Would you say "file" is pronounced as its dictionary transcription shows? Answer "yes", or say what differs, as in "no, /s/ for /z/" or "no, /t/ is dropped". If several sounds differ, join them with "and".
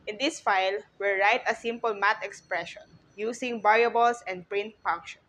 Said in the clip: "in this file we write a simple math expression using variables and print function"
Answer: yes